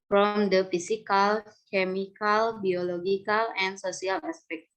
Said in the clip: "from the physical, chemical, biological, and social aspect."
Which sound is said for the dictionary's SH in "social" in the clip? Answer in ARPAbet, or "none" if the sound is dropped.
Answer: S